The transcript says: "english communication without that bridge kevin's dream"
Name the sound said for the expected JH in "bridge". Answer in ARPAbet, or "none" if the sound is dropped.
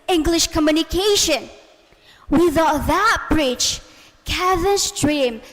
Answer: CH